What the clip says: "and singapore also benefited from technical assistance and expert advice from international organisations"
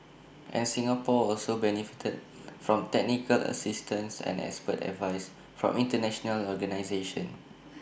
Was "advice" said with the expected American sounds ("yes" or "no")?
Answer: yes